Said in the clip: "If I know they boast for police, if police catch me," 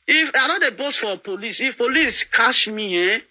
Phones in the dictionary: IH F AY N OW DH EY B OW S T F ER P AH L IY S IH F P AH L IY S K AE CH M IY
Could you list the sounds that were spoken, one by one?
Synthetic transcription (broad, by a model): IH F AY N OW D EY B OW S T F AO P AH L IY S IH F P AH L IY S K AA SH M IY